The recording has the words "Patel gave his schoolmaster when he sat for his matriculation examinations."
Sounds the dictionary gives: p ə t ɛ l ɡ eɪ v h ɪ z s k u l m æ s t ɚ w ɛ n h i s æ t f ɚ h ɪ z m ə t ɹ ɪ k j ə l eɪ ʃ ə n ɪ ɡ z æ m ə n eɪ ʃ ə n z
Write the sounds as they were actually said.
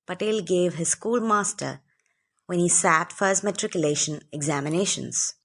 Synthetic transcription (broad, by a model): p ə t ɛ l ɡ eɪ v h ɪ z s k u l m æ s t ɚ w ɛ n h i s æ t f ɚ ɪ s m ə t ɹ ɪ k j ə l eɪ ʃ ə n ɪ ɡ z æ m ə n eɪ ʃ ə n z